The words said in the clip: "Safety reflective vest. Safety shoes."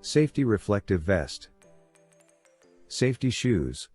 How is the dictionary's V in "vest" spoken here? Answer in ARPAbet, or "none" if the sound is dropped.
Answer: V